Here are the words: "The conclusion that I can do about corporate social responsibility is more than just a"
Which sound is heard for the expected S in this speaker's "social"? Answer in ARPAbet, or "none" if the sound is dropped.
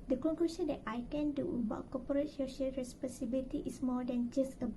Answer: SH